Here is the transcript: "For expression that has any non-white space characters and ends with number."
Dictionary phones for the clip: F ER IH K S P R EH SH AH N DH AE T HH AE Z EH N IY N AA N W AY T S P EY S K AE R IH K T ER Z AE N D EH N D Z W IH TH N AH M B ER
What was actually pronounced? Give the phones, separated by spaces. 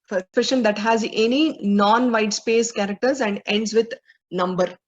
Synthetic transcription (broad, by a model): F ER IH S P EH SH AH N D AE T HH AE Z EH N IY N AA N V AY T S P EY S K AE R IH K T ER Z AE N D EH N D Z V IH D N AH M B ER